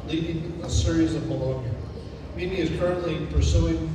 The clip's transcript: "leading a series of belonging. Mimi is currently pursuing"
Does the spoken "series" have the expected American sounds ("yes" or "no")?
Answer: yes